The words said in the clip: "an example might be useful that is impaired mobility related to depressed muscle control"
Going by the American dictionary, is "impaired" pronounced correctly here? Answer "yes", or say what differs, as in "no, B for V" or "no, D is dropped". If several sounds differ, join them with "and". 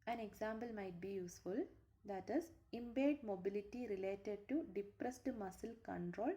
no, B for P